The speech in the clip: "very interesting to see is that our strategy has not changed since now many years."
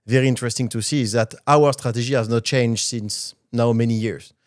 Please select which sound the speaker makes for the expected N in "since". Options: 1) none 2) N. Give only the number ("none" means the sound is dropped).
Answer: 2